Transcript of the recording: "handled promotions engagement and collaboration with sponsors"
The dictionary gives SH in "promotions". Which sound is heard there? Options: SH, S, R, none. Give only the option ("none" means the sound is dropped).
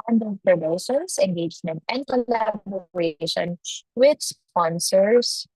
S